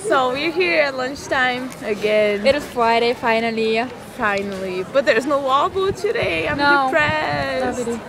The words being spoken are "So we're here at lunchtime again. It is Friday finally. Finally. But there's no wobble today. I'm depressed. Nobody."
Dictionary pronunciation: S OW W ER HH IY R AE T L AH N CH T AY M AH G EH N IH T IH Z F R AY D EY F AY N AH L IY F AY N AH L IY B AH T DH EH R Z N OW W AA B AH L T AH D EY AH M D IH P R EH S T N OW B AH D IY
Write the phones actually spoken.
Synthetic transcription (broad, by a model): S OW W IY HH IY R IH T L AH N CH T AY M AH G EH N IH T IH Z F R AY D EY F AY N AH L IY F AY N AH L IY B AH T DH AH R Z N OW W AA B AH T AH D EY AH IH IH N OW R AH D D